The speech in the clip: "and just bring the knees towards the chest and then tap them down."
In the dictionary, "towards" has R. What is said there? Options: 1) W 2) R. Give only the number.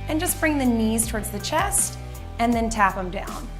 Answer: 2